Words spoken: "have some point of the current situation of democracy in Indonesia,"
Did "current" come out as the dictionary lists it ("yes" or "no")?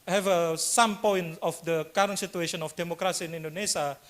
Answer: yes